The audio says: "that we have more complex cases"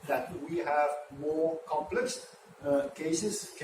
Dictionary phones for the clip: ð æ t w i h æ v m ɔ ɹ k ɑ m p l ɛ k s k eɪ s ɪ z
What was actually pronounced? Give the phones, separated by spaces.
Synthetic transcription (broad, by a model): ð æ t w i h æ v m ɔ ɹ k ɑ m p l ɛ k s k eɪ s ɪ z